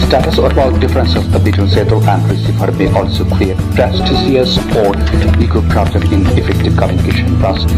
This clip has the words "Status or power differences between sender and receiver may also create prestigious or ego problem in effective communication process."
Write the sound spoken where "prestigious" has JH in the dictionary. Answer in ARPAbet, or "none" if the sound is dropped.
Z